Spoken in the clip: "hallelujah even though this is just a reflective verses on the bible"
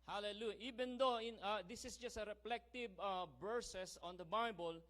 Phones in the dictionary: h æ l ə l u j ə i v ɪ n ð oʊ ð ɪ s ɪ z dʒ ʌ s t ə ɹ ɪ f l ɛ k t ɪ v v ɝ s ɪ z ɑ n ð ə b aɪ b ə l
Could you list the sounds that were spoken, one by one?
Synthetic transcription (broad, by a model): h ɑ l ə l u j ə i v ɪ n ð oʊ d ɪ s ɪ s dʒ ʌ s t ə ɹ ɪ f l ɛ k t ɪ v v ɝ s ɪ s ɑ n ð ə b aɪ b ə l